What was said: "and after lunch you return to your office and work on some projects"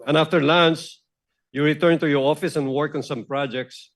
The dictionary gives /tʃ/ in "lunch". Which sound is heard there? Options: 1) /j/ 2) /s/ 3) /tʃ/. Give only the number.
2